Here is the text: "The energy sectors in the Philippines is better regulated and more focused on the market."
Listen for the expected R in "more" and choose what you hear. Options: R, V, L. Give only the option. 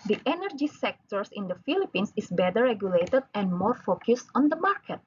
R